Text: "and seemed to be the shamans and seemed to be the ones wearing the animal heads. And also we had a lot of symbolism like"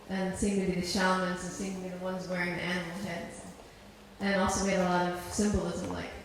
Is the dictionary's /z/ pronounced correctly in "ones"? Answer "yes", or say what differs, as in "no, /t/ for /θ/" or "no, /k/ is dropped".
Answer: yes